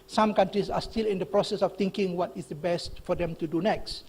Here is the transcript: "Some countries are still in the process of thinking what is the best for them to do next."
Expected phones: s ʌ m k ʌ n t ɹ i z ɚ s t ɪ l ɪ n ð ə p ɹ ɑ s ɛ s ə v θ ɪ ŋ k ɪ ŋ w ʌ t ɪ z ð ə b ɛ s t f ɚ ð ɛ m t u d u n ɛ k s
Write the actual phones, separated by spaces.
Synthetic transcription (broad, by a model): s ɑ m k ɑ n t ɹ i s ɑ s t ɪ l ɪ n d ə p ɹ ɑ s ɛ s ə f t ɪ ŋ k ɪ ŋ w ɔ t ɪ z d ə b ɛ s t f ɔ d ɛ m t u d u n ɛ k s